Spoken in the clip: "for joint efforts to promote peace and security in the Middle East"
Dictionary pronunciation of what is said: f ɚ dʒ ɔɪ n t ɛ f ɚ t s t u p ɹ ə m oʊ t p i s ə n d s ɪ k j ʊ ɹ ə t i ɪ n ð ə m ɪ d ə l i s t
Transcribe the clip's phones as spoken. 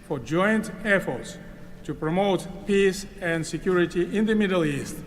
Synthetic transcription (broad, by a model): f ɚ dʒ ɔɪ n t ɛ f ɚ t s t u p ɹ ə m oʊ t p i s ə n d s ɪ k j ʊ ɹ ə t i ɪ n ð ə m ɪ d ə l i s t